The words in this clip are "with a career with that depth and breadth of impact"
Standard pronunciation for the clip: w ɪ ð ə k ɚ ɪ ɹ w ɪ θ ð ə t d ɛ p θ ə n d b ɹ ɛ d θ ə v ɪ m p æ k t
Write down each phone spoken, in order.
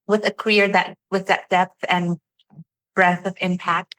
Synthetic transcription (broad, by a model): w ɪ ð ə k ɚ ɪ ɹ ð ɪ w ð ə t d ɛ p θ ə n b ɹ ɛ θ ə v ɪ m p æ k t